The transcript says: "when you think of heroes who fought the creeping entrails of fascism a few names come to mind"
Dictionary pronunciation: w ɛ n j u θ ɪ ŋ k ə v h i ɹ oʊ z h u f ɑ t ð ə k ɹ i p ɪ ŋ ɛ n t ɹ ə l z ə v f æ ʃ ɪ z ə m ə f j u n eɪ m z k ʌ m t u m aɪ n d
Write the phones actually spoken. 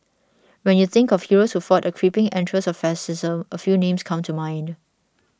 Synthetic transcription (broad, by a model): w ɛ n j u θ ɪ ŋ k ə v h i ɹ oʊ s h u f ɑ t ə k ɹ i p ɪ ŋ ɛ n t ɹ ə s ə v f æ s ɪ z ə m ə f j u n eɪ m s k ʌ m t u m aɪ n d